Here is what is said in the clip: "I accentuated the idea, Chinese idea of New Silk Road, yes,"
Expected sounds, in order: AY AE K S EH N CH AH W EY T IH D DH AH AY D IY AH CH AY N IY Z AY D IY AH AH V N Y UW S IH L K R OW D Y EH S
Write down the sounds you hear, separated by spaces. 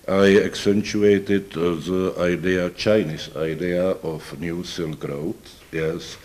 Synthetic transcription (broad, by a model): AY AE K S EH N CH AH EY T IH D DH AH AY D IY AH CH AY N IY S AY D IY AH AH F N Y UW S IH L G R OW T Y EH S